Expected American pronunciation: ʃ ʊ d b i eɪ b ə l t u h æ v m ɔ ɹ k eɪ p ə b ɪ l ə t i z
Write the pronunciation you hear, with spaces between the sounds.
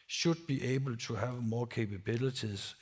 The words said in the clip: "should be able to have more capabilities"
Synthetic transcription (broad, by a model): ʃ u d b i eɪ b ə l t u h æ v m ɔ k eɪ p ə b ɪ l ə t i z